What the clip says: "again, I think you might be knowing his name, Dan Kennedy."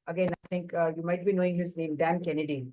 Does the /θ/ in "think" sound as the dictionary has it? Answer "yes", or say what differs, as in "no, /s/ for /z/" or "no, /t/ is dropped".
no, /t/ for /θ/